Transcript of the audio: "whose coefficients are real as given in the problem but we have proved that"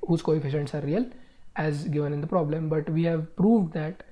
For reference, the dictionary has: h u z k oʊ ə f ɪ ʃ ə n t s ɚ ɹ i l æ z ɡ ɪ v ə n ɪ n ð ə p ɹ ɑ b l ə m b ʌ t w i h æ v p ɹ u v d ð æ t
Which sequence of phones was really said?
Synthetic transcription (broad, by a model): h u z k oʊ ə f ɪ ʃ ə n t s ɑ ɹ i l æ z ɡ ɪ v ə n ɪ n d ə p ɹ ɑ b l ə m b ʌ t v i h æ v p ɹ u v d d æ t